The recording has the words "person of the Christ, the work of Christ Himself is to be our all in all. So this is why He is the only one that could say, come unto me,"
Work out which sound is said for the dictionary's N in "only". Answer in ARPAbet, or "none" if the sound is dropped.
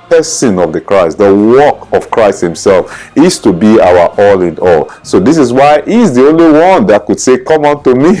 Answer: N